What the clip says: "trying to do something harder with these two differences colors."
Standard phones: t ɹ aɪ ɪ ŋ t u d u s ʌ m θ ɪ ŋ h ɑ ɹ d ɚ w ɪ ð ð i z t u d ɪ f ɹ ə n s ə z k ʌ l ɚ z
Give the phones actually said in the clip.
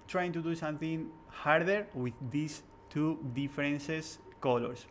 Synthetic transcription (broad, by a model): t ɹ aɪ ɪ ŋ t u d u s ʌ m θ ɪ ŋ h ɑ ɹ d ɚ w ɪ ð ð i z t u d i f ɹ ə n s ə s k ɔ l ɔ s